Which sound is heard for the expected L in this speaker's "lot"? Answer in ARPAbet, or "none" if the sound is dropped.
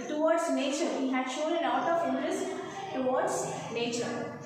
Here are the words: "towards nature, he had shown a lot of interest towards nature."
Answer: N